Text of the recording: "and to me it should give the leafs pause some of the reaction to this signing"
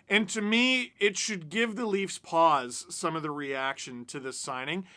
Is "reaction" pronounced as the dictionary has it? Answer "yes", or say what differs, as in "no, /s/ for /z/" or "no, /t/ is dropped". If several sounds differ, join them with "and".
yes